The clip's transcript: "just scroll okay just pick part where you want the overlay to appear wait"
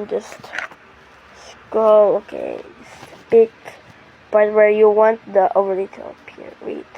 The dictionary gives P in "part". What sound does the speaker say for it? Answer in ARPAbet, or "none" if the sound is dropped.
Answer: B